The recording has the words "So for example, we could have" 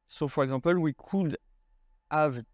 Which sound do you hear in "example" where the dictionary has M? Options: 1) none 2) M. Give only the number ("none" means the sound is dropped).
1